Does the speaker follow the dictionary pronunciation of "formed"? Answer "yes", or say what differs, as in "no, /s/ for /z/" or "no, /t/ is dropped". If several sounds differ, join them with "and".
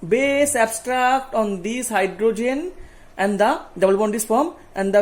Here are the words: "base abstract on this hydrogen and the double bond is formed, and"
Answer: no, /d/ is dropped